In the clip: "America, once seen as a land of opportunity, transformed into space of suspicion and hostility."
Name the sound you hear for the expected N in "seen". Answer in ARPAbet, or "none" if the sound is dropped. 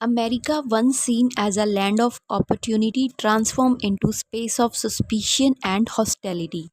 N